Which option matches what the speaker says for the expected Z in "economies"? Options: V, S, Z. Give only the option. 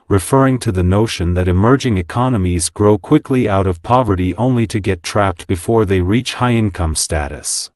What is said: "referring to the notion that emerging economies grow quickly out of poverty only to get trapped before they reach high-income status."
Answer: Z